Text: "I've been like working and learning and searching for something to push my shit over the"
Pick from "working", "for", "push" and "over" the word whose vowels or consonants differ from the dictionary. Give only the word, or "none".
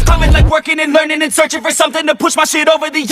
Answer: none